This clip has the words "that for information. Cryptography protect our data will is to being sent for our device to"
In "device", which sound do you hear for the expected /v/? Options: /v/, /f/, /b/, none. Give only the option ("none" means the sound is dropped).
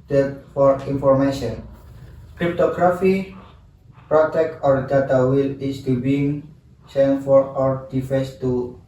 /f/